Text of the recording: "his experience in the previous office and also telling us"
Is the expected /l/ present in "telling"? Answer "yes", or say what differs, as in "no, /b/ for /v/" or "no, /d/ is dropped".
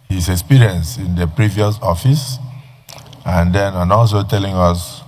yes